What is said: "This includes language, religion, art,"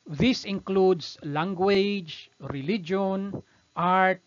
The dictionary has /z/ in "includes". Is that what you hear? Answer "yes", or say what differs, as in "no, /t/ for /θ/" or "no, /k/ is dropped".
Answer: no, /s/ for /z/